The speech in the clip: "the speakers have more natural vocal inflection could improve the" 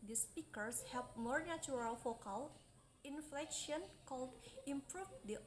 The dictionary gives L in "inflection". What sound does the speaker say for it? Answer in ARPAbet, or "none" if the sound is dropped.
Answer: L